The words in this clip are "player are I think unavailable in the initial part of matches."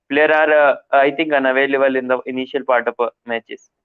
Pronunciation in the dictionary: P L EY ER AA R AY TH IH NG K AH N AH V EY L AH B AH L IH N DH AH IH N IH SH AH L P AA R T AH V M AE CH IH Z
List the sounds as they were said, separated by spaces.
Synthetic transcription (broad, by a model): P L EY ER AA R AY T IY NG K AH N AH V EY L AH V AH L IH N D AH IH N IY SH AH L P AA R T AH P M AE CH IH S